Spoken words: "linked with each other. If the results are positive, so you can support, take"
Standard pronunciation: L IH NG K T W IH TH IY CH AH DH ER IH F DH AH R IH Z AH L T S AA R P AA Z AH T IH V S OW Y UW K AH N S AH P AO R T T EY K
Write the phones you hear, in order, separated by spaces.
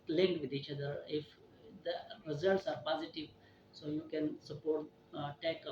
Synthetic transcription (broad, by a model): L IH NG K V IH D IY CH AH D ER IH F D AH R IH Z AH L T S AA R P AA Z AH T IH V S OW Y UW K AH N S AH P AO R T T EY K